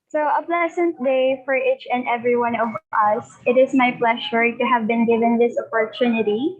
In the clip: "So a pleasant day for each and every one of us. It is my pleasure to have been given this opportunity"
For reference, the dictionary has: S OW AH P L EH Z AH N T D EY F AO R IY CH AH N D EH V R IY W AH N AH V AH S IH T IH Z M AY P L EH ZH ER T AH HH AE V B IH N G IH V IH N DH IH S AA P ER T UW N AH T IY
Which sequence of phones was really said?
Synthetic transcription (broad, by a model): S OW AH P L EH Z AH N T D EY F AO R IY CH AH N D EH V R IY W AH N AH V AH S IH T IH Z M AY P L EH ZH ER T AH HH AE V B IH N G IH V IH N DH IH S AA P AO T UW N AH T IY